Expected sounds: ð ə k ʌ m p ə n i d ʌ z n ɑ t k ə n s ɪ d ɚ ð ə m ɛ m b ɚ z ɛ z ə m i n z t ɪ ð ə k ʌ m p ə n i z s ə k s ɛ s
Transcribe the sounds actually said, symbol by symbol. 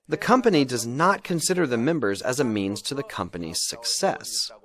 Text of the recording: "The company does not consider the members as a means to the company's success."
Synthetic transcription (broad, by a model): ð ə k ʌ m p ə n i d ʌ z n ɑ t k ə n s ɪ d ɚ ð ə m ɛ m b ɚ z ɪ z ə m i n z t ɪ ð ə k ʌ m p ə n i z s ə k s ɛ s